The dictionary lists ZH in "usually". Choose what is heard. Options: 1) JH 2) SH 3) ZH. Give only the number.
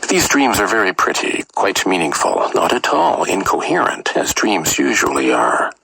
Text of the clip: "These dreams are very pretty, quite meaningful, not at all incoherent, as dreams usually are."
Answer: 3